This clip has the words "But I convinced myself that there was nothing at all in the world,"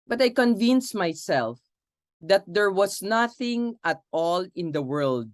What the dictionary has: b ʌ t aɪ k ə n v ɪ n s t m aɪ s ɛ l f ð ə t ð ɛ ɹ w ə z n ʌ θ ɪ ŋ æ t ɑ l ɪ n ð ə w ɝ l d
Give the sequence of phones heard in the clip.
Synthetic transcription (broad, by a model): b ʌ t aɪ k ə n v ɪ n s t m aɪ s ɛ l f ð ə t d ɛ ɹ w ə s n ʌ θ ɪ ŋ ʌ t ɑ l ɪ n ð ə w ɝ l d